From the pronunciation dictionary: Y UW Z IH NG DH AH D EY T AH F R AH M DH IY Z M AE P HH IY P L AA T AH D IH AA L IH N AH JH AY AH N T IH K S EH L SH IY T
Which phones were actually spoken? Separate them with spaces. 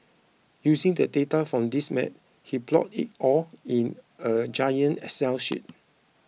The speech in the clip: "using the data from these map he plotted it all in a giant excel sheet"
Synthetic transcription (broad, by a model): Y UW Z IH NG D AH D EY T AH F R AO M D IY S M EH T HH IY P L AA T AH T AA L IH N AH JH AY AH N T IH S EH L SH IY T